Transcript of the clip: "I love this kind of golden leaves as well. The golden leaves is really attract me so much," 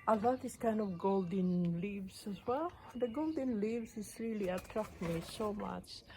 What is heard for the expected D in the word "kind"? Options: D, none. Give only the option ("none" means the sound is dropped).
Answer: D